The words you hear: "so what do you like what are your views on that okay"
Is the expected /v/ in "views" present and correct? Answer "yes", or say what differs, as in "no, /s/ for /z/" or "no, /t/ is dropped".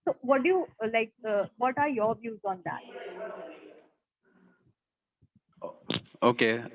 yes